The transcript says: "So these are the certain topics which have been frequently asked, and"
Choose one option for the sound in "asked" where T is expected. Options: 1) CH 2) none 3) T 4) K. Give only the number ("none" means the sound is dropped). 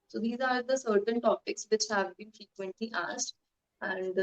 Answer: 3